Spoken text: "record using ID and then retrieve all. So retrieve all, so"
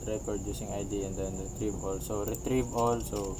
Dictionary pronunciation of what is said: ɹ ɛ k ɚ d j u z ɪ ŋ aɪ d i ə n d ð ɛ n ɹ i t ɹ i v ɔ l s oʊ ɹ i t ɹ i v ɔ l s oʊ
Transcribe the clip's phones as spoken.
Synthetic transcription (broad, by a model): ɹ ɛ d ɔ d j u s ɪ ŋ aɪ d i ə n d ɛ n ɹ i t ɹ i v ɔ l s oʊ ɹ i t ɹ i v ɔ l s oʊ